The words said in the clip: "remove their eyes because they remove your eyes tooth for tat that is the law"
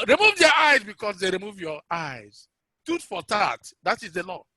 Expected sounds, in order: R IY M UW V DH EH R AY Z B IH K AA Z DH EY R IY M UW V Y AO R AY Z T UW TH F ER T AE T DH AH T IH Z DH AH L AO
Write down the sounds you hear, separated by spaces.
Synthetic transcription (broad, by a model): R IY M UW V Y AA AY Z B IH K AA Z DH EY R IY M UW V Y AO AY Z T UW T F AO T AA T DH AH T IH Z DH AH L AO